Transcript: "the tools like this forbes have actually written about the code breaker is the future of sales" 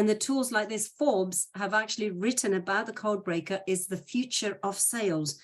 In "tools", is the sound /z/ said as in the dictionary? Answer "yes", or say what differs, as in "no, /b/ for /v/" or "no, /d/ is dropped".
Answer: yes